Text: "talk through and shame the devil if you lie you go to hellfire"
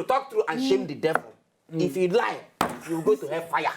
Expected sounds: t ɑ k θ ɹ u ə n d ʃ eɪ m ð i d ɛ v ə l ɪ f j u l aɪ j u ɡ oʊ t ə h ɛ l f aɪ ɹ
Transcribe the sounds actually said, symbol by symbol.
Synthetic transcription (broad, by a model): t ɑ k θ ɹ u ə n ʃ eɪ m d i d ɛ v ə l ɪ f j u l aɪ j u ɡ oʊ t ə h ɛ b f aɪ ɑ